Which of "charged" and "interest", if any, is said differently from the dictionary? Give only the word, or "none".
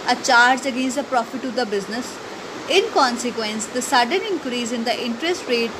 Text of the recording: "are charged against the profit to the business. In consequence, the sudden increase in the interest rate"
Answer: charged